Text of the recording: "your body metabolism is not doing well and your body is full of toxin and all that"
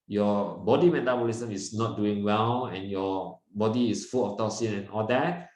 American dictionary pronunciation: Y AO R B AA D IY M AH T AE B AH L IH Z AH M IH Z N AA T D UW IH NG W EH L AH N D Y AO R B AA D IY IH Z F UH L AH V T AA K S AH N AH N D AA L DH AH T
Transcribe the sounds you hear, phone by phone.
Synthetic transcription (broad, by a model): Y AO B AA D IY M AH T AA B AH L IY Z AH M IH S N AA T D UW IH NG W EH L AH N Y AO B AA D IY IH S F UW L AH F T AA S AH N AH N AA L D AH T